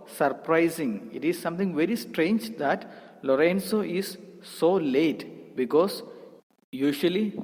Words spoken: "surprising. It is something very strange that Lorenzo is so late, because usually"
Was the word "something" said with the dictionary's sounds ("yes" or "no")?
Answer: no